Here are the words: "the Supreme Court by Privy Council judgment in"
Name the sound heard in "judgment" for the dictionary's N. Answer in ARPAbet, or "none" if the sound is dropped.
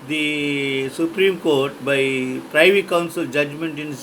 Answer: N